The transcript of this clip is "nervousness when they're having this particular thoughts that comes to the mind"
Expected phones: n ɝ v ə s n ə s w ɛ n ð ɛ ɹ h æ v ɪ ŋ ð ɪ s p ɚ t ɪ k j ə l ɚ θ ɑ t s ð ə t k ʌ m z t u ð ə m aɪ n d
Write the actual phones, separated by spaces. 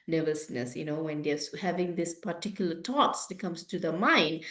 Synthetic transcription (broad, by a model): n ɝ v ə s n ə s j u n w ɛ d h æ v ɪ ŋ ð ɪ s p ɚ t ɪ k j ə l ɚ t ɑ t s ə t k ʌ m s t u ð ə m aɪ n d